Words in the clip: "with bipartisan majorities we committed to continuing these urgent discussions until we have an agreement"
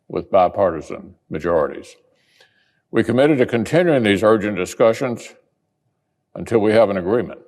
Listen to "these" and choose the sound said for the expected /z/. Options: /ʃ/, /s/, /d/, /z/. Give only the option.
/z/